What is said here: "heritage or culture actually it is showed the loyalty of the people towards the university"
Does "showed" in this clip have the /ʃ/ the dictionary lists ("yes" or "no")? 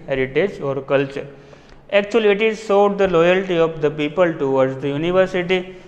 no